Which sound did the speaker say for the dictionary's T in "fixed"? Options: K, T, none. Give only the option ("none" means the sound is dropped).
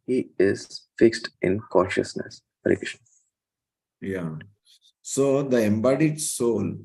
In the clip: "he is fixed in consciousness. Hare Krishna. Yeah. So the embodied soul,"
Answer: T